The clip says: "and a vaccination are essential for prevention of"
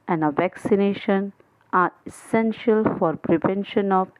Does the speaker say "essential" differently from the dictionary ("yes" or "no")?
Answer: no